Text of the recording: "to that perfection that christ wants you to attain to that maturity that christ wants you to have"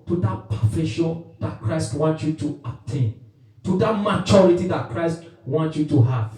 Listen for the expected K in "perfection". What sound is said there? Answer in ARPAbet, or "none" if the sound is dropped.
none